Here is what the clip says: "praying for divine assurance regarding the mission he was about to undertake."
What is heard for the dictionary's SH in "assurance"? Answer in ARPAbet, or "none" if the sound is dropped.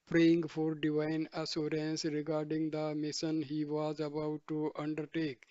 S